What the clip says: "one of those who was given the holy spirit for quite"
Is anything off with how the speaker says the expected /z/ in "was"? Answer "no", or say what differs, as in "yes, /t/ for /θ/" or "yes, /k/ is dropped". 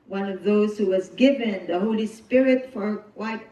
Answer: no